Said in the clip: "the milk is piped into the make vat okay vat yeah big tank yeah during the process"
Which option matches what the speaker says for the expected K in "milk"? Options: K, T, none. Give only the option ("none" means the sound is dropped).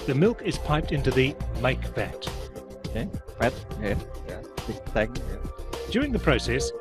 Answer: K